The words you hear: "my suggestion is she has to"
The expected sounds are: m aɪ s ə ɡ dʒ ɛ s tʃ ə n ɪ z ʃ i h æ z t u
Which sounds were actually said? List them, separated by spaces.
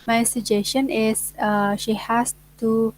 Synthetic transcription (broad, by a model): m aɪ s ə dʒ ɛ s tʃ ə n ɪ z ʃ i h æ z t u